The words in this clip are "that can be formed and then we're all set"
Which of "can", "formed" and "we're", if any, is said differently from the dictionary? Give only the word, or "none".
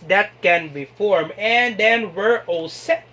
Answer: formed